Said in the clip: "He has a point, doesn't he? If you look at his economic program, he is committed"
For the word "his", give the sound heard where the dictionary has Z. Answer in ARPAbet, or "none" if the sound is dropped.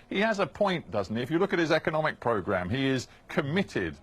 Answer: Z